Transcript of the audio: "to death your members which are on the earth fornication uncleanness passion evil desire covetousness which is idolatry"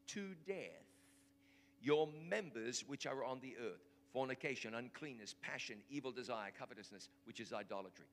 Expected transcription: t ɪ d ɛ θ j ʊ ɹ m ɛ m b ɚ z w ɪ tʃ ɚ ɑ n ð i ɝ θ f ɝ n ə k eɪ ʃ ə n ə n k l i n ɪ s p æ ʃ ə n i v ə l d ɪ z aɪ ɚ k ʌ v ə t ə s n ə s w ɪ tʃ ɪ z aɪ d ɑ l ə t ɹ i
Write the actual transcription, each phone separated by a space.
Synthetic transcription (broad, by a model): t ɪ d ɛ θ j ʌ ɹ m ɛ m b ɚ z w ɪ tʃ ɚ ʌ n ð i ɝ θ f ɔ n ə k eɪ ʃ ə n ə n k l i n ɪ s p æ ʃ ə n i v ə l d ɪ z aɪ ɚ k ʌ v ə t ə s n ə s w ɪ tʃ ɪ z aɪ d ɑ l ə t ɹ i